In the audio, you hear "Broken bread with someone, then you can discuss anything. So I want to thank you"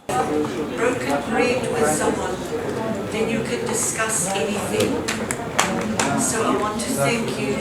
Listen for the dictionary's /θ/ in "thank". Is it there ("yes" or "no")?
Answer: yes